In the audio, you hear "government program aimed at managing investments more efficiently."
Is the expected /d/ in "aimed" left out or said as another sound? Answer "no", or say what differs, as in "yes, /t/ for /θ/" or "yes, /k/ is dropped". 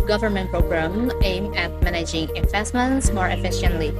yes, /d/ is dropped